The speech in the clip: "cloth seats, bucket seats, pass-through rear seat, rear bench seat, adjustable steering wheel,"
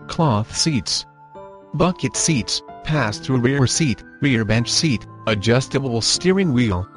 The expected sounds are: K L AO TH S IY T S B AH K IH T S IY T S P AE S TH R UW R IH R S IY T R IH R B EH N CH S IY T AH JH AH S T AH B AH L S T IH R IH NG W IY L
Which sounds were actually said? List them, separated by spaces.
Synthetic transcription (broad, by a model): K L AO TH S IY T S B AH K IH T S IY T S P AE S TH R UW R IH R S IY T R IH R B EH N CH S IY T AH JH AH S T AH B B L S T IH R IH NG W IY L